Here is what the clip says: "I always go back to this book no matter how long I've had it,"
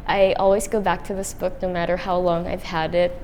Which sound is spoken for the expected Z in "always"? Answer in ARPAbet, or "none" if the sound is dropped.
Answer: Z